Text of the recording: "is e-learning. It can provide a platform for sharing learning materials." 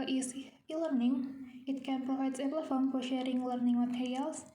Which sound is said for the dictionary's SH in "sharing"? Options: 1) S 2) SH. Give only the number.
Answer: 2